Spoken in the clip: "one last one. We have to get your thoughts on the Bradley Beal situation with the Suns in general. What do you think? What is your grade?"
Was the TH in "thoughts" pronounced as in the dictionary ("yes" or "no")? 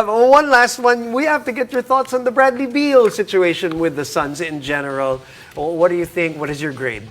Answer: yes